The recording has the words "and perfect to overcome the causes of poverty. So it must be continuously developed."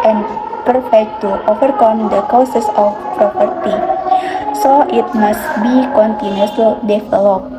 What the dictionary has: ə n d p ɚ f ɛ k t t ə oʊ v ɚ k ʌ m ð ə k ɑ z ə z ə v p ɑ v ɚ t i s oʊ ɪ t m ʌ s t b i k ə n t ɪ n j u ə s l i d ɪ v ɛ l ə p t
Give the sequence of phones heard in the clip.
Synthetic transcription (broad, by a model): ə n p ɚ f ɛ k t t oʊ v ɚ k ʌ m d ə k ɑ s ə s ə f p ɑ p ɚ t i s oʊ ɪ t m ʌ s t b i k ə n t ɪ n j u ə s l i d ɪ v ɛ l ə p